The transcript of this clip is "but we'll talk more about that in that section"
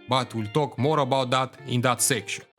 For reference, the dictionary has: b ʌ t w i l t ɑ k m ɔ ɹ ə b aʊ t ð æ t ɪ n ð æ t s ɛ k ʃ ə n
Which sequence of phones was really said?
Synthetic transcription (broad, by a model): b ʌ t w i l t ɑ k m ɔ ɹ ə b aʊ t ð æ t ɪ n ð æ t s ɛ k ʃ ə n